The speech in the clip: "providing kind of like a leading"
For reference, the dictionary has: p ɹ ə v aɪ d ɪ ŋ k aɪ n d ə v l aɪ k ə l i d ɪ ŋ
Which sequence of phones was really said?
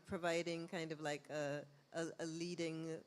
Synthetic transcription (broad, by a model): p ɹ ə v aɪ d ɪ ŋ k aɪ n d ə v l aɪ k ə l i d ɪ ŋ